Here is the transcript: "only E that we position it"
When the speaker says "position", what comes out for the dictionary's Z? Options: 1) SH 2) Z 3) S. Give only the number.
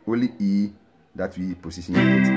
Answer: 3